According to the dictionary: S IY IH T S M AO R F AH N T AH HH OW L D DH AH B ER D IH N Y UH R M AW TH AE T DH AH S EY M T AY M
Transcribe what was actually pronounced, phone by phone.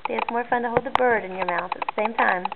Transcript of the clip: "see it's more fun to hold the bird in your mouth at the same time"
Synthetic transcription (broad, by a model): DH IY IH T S M AO R F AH N T AH HH OW L D DH AH B ER D IH N Y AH R M AW TH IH T DH AH S EY M T AY M